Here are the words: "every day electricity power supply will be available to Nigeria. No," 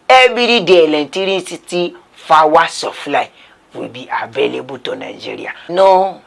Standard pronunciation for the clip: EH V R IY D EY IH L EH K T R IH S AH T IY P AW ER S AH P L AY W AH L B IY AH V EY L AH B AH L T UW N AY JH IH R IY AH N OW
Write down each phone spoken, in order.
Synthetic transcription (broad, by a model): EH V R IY D EY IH L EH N T R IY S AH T IY F AW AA S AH F L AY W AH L B IY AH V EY L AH B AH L T UW N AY JH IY R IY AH N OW